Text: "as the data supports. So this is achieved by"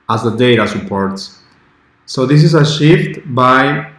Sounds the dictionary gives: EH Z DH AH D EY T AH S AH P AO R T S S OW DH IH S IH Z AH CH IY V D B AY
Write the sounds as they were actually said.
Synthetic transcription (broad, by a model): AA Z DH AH D EY T AH S AH P AO R T S S OW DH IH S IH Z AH SH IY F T B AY